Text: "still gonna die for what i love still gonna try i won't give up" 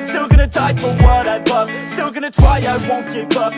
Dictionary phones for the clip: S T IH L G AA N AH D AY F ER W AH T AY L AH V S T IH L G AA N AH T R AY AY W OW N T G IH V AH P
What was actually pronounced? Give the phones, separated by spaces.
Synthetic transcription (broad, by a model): S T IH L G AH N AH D AY F ER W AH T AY W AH S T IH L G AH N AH T R AY AY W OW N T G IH F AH